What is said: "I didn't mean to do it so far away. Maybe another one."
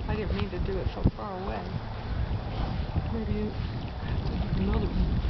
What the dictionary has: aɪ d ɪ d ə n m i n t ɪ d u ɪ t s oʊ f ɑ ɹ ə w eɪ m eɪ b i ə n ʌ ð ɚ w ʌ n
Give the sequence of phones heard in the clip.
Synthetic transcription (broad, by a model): aɪ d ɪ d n m i n t ɪ d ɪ ɪ t s oʊ f ɑ ɹ ə w eɪ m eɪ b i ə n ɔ ʊ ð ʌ